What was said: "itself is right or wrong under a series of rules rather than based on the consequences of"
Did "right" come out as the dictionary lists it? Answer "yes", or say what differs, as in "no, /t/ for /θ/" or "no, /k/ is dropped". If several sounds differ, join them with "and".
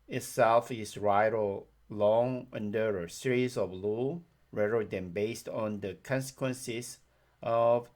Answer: yes